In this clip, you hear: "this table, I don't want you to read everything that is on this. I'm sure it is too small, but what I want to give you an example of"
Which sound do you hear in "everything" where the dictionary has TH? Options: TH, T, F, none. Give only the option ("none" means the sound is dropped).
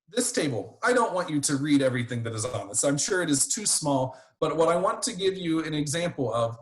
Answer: TH